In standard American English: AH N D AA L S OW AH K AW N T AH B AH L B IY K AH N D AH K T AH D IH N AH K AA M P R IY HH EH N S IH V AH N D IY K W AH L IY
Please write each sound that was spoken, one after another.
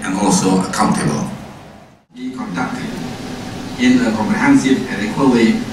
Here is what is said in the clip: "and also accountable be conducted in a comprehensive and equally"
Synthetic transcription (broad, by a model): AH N AA L S OW AH K AW N T AH B AH L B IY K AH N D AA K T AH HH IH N AH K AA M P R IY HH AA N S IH AH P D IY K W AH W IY